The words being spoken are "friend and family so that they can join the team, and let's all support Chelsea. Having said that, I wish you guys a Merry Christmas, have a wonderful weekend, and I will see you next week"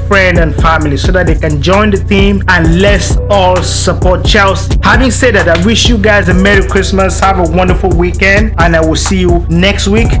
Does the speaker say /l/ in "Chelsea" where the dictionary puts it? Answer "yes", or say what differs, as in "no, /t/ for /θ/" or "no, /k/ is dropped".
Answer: yes